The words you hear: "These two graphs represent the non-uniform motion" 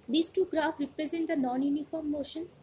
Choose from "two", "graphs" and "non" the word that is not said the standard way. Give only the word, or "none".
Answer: graphs